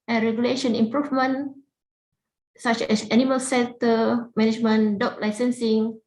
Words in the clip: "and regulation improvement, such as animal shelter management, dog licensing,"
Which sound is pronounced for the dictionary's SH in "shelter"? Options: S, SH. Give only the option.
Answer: S